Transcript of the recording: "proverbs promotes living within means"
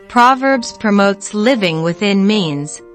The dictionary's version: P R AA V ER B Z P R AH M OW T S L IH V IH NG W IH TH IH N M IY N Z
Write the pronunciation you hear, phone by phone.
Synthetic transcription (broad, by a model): P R AA V ER B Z P R AH M OW T S L IH V IH NG W IH TH IH N M IY N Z